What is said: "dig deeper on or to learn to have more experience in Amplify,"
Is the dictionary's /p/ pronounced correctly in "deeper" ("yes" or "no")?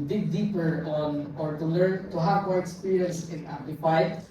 yes